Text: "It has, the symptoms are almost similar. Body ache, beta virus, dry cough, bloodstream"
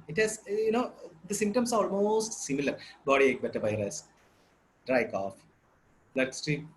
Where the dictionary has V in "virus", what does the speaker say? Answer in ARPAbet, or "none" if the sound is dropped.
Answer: B